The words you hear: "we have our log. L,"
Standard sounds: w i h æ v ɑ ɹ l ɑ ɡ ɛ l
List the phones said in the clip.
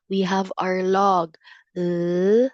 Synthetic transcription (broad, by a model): w i h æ v ɑ ɹ l ɑ ɡ